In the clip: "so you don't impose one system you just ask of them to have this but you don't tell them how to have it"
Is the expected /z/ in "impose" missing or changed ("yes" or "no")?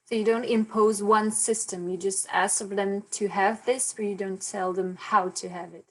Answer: no